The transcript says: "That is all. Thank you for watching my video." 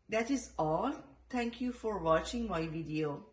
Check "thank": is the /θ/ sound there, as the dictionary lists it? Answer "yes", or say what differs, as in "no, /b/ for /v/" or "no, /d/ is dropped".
no, /t/ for /θ/